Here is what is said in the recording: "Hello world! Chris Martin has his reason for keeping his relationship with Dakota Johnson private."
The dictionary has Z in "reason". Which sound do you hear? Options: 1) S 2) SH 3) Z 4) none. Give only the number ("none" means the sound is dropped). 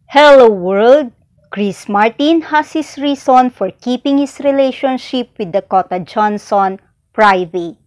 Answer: 1